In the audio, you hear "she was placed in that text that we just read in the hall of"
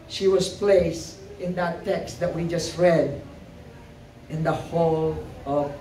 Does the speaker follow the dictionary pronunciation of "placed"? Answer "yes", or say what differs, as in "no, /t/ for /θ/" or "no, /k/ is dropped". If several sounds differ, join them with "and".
no, /t/ is dropped